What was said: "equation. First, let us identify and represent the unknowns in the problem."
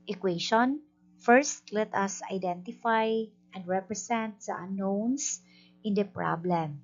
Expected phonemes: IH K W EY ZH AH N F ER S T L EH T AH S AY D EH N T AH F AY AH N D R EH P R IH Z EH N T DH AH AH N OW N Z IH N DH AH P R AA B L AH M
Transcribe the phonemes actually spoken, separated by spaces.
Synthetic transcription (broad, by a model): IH K W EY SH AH N F ER S T L EH T AH S AY D EH N T AH F AY AH N D R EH P R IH S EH N T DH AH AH N OW N S IH N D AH P R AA B L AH M